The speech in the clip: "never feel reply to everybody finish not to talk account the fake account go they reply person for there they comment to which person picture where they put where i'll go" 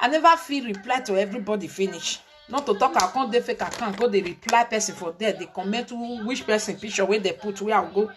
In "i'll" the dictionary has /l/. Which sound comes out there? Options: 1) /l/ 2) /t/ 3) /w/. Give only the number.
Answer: 3